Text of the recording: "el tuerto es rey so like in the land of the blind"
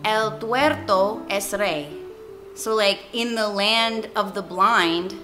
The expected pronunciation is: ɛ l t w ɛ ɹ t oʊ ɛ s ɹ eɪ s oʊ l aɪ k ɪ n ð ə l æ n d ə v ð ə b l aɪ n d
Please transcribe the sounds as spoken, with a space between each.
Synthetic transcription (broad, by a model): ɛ l t w ɛ ɹ t oʊ ɛ s ɹ eɪ s oʊ l aɪ k ɪ n ð ə l æ n d ə v ð ə b l aɪ n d